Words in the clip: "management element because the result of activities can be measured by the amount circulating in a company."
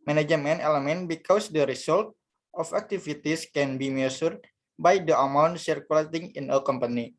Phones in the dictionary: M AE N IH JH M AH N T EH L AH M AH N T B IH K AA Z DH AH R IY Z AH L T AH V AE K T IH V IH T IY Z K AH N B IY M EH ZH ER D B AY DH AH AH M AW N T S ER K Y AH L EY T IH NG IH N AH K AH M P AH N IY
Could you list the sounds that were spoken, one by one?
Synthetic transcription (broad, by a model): M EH N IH JH M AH N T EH L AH M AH N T B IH K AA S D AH R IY S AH L T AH F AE K T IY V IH T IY S K AH N B IY M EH S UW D B AY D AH AH M AW N T S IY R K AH L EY T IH NG IH N AH K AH M P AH N IY